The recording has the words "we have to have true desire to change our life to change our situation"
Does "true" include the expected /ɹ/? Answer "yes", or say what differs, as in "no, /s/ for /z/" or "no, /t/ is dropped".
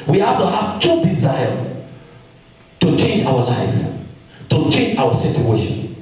no, /ɹ/ is dropped